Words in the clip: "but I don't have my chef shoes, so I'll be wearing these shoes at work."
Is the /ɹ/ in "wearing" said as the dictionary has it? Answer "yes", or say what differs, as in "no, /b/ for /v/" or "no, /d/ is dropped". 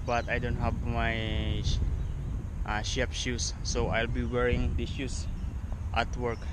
yes